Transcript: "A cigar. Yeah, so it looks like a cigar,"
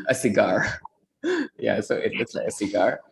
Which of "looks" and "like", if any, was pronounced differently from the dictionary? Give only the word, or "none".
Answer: looks